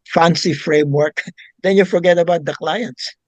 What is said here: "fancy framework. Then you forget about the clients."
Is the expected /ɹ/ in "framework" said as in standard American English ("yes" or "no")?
yes